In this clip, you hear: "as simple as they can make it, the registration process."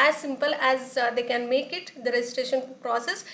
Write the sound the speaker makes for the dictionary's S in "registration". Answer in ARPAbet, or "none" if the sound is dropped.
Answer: none